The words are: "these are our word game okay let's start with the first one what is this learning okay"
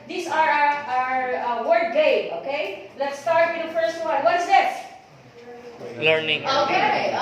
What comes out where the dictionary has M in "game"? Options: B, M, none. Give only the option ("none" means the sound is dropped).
none